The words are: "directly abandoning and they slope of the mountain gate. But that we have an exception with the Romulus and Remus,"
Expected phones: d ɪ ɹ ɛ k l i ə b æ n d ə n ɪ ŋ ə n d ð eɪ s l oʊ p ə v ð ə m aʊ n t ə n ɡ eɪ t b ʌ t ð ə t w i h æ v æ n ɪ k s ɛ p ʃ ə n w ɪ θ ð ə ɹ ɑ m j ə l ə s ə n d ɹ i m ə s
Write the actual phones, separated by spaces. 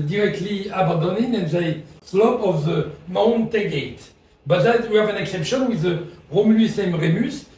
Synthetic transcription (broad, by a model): d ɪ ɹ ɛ k l i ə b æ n d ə n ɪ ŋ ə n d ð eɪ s l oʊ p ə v ð ə m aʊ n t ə ɡ eɪ t b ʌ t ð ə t w i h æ v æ n ɪ k s ɛ p ʃ ə n w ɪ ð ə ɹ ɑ m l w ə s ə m ɹ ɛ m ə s